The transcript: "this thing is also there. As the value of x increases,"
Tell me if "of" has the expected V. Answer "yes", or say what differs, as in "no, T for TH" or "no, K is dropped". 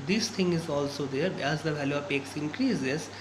no, P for V